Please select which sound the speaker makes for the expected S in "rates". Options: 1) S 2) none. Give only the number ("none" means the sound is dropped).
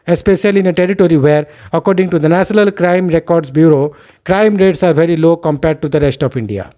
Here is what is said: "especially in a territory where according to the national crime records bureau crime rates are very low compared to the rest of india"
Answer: 1